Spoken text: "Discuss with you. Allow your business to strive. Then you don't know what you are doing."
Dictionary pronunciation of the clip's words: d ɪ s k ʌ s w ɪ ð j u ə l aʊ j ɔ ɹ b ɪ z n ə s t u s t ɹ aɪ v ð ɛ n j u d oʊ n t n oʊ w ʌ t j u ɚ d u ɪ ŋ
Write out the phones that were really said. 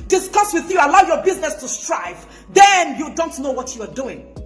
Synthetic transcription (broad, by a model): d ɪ s k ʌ s w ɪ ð j u ə l aʊ j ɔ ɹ b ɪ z n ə s t u s t ɹ aɪ v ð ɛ n j u d oʊ n t n oʊ w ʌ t j u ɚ d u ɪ ŋ